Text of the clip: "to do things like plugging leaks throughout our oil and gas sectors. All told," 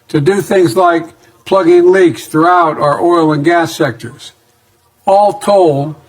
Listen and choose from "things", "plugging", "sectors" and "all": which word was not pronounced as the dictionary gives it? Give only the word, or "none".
none